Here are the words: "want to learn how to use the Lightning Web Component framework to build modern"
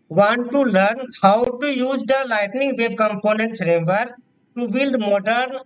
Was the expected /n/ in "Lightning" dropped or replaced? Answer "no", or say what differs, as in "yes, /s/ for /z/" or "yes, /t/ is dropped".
no